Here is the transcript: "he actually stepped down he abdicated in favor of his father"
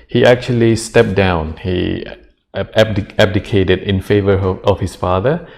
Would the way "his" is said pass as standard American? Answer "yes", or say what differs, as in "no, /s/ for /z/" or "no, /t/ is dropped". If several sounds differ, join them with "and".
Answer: no, /s/ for /z/